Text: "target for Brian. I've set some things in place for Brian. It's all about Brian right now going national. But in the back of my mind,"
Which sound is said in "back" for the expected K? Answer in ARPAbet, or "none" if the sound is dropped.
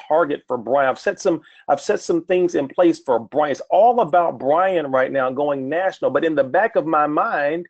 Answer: K